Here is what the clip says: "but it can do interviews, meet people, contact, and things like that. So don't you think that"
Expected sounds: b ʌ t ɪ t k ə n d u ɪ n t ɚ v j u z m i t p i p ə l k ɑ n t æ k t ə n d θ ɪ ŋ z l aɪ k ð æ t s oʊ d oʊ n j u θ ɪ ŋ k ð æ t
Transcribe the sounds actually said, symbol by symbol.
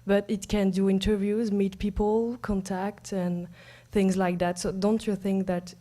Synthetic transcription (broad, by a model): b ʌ t ɪ t k ə n d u ɪ n t ɚ v j u z m i t p i p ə l k ɑ n t æ k t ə n θ ɪ ŋ z l aɪ k ð æ t s oʊ d oʊ n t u θ ɪ ŋ k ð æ t